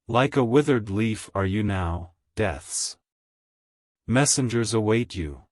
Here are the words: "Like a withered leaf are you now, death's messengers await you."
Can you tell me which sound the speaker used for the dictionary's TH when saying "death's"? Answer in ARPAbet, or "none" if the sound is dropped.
TH